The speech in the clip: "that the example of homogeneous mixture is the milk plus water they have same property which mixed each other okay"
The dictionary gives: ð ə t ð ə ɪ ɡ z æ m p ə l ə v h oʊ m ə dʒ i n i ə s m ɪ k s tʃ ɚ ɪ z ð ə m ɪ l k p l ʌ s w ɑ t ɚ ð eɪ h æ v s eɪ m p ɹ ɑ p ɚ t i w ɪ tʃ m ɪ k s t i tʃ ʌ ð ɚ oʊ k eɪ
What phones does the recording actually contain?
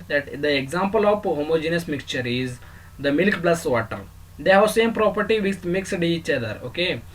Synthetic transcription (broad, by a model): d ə t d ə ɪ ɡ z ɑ m p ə l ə p h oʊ m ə dʒ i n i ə s m ɪ k s tʃ ɚ ɪ z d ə m ɪ l k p l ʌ s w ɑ t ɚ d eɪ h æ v s eɪ m p ɹ ɑ p ɚ t i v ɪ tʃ m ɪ k s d i tʃ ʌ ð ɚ oʊ k eɪ